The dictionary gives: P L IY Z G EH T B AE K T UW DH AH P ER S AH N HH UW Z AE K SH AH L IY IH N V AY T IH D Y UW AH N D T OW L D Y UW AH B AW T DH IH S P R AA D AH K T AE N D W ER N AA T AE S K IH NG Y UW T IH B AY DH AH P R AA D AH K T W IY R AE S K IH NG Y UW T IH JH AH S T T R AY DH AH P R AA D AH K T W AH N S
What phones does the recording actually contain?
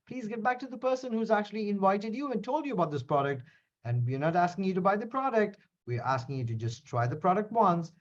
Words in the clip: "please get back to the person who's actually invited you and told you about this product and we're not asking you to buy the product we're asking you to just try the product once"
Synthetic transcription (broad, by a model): P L IY Z G EH T B AE K T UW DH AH P ER S AH N HH UW Z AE K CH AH L IY IH N V AY T IH D Y UW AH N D T OW L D Y UW AH B AW T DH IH S P R AA D AH K T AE N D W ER N AA T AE S K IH NG Y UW T IH B AY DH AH P R AA D AH K T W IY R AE S K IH NG Y UW T IH JH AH S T T R AY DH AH P R AA D AH K T W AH N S